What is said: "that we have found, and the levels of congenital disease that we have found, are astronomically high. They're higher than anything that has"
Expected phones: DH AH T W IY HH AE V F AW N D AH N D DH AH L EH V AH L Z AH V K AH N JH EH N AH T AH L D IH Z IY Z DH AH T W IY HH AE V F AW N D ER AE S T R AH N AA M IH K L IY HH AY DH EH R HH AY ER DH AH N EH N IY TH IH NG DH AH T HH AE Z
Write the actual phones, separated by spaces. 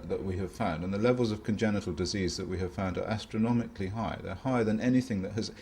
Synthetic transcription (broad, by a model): DH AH T W IY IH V F AW N D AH N DH AH L EH V AH L Z AH V K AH N JH EH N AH T L D IH Z IY Z DH AH T W IY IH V F AW N D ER AE S T R AH N AA M IH K L IY HH AY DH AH R HH AY ER DH AH N EH N IY TH IH NG DH AH T HH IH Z